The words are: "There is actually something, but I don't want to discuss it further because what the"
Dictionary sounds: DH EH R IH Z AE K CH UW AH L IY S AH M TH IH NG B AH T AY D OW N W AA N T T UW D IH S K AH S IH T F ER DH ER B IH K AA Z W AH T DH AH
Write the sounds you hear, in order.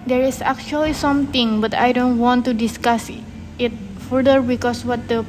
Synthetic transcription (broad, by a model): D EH R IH S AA K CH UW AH L IY S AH M T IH NG B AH T AY D OW N W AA N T T UW D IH S K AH S IH T F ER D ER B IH K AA S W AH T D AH